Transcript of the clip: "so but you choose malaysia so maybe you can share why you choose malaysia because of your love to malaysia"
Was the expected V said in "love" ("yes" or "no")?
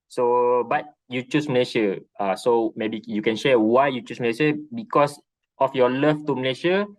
no